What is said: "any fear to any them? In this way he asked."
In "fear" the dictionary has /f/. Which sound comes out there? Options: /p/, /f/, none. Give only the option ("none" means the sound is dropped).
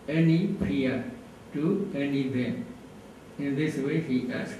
/p/